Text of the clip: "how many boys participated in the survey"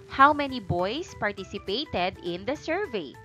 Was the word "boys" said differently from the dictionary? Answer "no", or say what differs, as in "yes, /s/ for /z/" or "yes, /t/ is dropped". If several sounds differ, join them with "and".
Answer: yes, /s/ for /z/